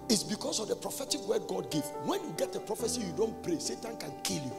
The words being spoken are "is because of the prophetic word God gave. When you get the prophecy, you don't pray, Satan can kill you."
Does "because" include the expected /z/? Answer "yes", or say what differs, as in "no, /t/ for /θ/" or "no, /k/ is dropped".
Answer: no, /s/ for /z/